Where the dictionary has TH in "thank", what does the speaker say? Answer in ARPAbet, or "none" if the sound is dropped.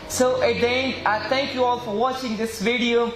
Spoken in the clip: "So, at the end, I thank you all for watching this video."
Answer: T